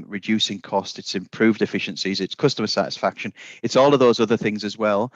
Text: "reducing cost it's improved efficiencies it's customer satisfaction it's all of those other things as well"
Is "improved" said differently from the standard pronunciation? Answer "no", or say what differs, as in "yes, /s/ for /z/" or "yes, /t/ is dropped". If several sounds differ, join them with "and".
no